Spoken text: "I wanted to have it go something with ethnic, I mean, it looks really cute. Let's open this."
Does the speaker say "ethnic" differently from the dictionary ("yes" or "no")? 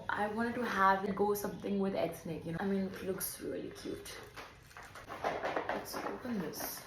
yes